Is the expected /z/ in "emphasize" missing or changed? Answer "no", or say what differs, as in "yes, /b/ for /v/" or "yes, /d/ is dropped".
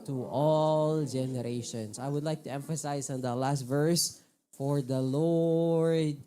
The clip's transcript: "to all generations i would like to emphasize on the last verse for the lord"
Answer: yes, /s/ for /z/